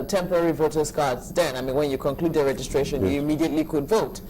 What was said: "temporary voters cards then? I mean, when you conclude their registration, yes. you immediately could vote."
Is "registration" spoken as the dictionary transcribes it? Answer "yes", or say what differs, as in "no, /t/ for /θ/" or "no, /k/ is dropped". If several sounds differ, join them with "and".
yes